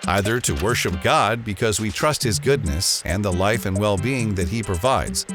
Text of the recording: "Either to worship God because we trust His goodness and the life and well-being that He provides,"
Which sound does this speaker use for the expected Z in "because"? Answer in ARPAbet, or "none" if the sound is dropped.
Z